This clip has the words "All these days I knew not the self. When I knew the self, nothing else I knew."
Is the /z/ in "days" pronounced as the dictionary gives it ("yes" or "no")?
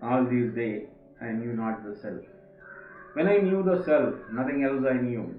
no